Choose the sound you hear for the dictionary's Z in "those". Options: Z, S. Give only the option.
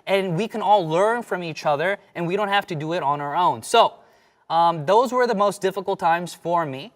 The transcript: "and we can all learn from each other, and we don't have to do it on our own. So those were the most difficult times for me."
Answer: Z